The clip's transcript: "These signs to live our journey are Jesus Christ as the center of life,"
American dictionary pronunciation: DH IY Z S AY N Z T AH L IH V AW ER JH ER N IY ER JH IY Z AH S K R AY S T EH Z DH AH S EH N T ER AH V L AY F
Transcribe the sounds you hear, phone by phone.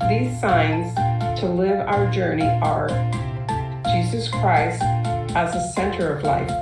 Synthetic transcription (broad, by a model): DH IY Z S AY N Z T AH L IH V AW ER JH ER N IY ER JH IY Z AH S K R AY S T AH Z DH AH S EH N T ER AH V L AY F